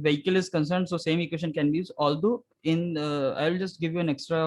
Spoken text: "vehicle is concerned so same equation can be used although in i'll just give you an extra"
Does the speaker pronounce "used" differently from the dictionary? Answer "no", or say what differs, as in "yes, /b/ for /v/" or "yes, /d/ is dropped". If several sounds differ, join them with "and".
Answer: yes, /d/ is dropped